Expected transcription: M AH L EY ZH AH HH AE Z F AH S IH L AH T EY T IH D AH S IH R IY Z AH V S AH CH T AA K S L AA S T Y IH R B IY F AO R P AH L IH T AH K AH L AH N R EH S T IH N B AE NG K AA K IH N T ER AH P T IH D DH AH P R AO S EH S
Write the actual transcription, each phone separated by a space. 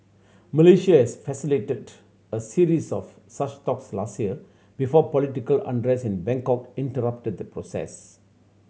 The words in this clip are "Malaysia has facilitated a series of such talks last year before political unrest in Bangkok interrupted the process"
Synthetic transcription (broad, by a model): M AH L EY SH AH HH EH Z F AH S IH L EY T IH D AH S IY R IY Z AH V S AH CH T AA K S L AA S T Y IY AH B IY F AO P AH L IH T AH K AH L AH N R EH S IH N B AE NG K AA K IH N T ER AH P T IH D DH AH P R AO S EH S